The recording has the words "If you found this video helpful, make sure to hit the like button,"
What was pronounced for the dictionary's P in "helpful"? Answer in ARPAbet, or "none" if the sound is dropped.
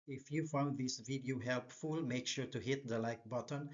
P